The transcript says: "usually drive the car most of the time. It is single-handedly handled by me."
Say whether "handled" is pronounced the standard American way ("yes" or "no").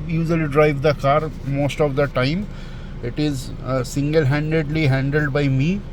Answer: yes